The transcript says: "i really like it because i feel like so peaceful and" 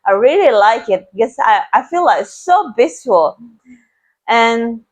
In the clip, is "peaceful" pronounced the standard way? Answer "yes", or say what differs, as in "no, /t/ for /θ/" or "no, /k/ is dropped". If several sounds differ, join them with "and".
no, /b/ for /p/